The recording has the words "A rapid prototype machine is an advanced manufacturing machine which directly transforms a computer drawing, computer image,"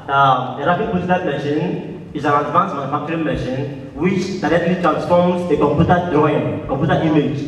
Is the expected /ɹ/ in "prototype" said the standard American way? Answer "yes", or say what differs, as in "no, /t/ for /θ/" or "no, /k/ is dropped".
no, /ɹ/ is dropped